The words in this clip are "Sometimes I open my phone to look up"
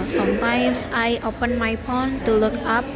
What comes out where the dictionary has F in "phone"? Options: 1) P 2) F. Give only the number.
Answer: 1